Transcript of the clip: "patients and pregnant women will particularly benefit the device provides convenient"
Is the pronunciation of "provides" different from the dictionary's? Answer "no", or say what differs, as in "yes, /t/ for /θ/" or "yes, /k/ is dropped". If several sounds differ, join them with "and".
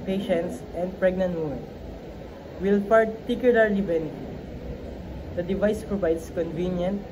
yes, /s/ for /z/